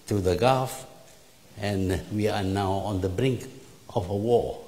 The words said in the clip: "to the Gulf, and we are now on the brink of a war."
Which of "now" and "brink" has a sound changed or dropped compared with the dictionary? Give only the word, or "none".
none